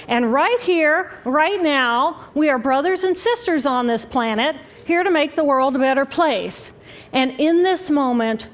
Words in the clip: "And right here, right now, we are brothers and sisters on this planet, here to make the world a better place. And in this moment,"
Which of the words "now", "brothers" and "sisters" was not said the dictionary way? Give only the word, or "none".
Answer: none